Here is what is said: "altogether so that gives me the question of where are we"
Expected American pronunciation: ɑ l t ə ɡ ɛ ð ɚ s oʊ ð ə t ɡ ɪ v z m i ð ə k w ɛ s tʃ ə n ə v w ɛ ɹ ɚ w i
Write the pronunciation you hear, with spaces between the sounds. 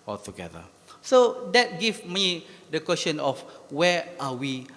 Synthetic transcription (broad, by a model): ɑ l t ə ɡ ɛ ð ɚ s oʊ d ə t ɡ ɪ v m i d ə k w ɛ s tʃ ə n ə f w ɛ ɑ w i